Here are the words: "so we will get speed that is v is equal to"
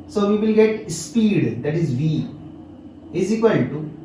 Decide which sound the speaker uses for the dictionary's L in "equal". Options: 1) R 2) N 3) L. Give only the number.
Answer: 2